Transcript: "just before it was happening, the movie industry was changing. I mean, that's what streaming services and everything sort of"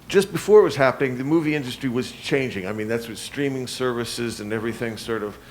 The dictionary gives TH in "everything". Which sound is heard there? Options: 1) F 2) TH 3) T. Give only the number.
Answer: 2